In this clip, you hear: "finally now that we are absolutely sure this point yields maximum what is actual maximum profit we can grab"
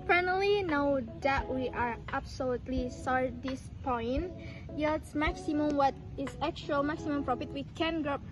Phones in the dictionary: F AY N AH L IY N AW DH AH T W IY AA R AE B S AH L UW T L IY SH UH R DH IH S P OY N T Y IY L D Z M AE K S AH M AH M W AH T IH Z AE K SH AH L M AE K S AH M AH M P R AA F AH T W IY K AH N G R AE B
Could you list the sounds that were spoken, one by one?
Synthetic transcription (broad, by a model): F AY N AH L IY N AW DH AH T W IY AA R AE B S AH L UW T L IY S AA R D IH S P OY N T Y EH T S M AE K S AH M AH M W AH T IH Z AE K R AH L M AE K S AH M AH M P R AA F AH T W IY K AH N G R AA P